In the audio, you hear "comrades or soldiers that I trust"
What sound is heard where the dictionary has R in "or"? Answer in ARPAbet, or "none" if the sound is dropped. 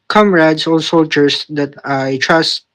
L